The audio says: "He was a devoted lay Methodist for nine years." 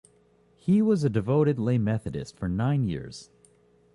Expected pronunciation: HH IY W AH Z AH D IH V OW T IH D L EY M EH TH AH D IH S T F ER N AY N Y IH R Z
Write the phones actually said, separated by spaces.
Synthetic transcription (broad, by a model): HH IY W AH Z AH D IH V OW T IH D L EY M EH TH AH D IH S T F ER N AY N Y IH R Z